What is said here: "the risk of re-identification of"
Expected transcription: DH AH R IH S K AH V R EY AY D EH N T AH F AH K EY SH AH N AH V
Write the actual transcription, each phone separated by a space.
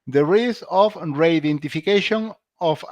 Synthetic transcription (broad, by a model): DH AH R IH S AH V R EY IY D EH N T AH F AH K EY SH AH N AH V